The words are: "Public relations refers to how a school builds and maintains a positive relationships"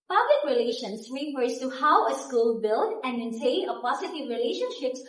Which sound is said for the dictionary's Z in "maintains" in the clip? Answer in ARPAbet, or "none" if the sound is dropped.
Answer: none